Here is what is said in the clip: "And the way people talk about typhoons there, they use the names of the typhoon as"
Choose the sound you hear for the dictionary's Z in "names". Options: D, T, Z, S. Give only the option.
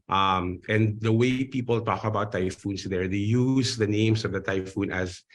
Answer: S